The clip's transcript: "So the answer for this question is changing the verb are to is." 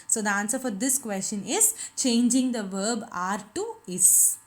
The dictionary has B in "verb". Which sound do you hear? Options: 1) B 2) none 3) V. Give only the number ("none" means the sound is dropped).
1